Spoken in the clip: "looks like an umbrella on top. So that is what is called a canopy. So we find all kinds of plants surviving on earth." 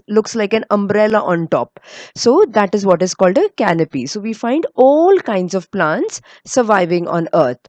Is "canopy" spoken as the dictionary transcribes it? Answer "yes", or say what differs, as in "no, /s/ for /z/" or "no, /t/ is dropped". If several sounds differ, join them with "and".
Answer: yes